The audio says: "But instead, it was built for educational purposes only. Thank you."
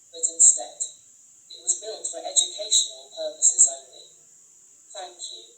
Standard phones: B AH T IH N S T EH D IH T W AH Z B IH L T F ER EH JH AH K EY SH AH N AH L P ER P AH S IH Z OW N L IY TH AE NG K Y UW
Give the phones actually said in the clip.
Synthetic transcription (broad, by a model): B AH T IH N S T EH D IH T W AH Z B IH L T F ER EH JH AH K EY SH AH N AH L P ER P AH S IH Z OW N L IY TH AE NG K Y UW